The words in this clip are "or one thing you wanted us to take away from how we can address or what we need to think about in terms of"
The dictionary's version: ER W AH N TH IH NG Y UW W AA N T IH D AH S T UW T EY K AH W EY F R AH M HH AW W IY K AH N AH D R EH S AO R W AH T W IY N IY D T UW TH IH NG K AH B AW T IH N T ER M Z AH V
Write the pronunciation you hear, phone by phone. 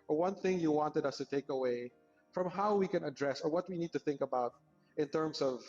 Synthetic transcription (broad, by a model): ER W AH N TH IH NG Y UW W AA N T IH D AH S T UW T EY K AH W EY F R AH M HH AW W IY K AH N AH D R EH S AO R W AH T W IY N IY D T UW TH IH NG K AH B AW T IH N T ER M S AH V